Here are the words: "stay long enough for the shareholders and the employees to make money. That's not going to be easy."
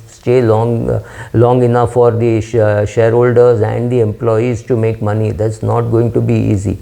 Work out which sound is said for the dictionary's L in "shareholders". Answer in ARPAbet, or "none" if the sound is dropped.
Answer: L